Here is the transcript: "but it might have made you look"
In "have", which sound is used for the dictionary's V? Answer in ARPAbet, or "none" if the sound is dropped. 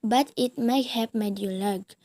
P